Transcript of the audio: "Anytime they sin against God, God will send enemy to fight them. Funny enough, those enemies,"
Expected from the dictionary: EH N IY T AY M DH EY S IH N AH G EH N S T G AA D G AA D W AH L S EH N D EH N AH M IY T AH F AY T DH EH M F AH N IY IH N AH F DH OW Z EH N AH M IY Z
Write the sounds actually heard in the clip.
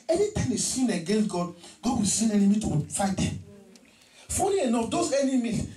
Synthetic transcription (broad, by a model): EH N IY T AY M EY S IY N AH G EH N S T G AA D G AA D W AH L S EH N EH N AH M IY T AH F AY T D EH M F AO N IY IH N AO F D OW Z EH N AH M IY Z